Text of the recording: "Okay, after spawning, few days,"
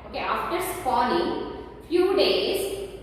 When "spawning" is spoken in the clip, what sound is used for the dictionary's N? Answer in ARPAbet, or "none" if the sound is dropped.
L